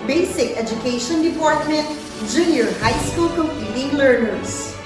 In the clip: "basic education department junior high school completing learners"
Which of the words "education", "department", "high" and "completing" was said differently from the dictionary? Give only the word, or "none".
completing